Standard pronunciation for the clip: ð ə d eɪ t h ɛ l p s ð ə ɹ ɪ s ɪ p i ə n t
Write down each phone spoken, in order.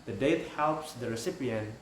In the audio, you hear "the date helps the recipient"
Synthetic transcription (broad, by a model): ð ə d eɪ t h ɛ l p s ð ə ɹ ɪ s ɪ p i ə n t